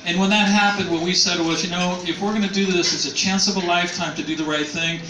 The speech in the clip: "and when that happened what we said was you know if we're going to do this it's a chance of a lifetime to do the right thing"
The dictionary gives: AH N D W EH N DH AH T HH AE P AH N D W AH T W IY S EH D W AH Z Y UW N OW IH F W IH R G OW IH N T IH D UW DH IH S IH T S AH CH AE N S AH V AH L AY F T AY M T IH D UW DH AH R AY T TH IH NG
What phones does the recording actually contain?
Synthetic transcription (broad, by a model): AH N W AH N DH AH T HH AE P AH N D W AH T W IY S EH D W AH Z Y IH N OW IH F W IH R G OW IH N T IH D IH DH IH S IH T S AH CH AE N S AH V AH L AY F T AY M T IH D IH DH AH R AY T TH IH NG